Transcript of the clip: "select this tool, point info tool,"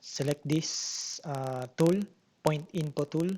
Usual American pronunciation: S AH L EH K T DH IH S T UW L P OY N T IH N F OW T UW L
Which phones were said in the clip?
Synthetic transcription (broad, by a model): S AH L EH K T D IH S T UW L P OY N T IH N P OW T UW L